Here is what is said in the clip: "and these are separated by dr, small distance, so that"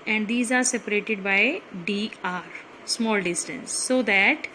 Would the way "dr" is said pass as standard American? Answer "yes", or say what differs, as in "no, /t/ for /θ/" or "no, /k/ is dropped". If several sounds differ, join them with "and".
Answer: no, /k/ is dropped